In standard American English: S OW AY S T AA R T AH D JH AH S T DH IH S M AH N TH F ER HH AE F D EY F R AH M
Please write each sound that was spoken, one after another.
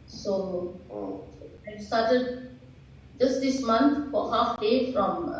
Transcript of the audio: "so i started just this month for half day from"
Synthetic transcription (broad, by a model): S OW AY S T AA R T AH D JH AH S T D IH S M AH N T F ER HH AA F D EY F R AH M